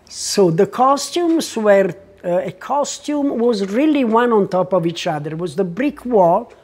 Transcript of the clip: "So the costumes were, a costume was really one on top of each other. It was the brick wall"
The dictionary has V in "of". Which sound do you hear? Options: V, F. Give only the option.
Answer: V